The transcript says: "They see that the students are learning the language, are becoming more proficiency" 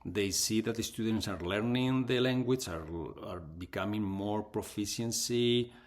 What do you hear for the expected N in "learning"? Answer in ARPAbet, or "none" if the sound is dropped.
N